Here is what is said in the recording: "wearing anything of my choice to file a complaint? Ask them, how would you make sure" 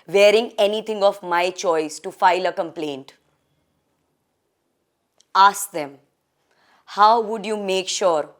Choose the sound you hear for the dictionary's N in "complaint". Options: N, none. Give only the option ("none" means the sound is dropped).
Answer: N